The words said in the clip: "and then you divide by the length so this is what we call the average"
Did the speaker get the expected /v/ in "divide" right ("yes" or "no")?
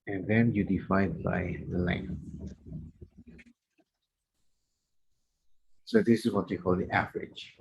no